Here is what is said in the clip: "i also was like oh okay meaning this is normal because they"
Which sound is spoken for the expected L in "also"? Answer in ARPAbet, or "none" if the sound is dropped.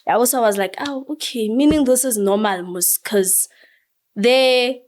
none